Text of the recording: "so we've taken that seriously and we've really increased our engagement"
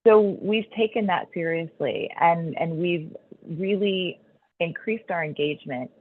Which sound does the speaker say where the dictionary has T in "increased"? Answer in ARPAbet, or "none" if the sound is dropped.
T